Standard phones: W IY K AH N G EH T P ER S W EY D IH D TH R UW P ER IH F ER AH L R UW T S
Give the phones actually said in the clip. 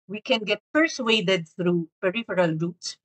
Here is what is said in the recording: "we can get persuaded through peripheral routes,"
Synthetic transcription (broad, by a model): W IY K AH N G EH T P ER S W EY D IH D TH R UW P ER IH F ER AH L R UW T S